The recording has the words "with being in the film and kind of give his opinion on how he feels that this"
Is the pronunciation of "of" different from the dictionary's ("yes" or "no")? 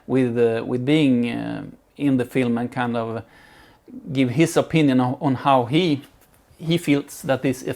no